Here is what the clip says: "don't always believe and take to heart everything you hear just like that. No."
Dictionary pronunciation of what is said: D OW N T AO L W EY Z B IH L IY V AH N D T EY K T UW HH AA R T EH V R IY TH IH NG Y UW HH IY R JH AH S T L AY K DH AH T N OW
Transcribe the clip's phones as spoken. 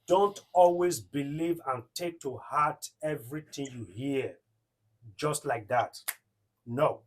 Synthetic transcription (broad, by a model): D OW N T AO L W EY Z B IH L IY V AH N T EY K T UW HH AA T EH V R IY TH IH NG Y UW HH IY JH AH S T L AY K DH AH T N OW